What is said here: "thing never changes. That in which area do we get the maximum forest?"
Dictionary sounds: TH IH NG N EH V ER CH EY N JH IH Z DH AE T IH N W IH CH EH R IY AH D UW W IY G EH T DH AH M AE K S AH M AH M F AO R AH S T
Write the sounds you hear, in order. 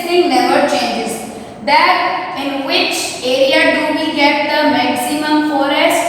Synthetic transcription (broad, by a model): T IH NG L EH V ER CH EY N JH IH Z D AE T IH N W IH CH EH R IY AH D UW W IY G EH T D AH M AE K S AH M AH M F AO R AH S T